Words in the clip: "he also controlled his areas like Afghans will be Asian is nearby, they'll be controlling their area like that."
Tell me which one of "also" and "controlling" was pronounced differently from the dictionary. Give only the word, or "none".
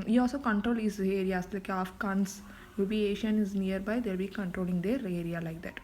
none